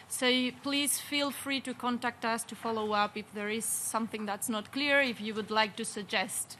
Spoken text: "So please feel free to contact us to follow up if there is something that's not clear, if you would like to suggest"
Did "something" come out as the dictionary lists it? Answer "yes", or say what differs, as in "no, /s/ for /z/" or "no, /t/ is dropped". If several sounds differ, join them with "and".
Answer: yes